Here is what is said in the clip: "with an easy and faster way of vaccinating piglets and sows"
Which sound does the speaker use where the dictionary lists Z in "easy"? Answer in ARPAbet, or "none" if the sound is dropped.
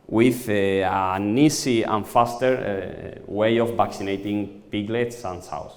S